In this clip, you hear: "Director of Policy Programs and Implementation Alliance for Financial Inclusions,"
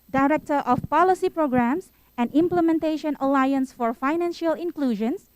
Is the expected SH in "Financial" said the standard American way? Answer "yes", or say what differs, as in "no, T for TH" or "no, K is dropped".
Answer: yes